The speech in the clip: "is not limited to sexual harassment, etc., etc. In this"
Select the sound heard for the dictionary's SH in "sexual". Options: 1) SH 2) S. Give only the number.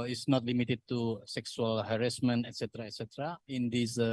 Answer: 2